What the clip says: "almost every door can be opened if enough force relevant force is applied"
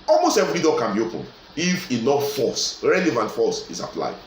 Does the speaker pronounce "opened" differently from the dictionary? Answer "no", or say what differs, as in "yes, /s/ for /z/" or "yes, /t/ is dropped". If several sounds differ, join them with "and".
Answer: yes, /d/ is dropped